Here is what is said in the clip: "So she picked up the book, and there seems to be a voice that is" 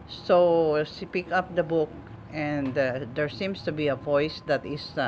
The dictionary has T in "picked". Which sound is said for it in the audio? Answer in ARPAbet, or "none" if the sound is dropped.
none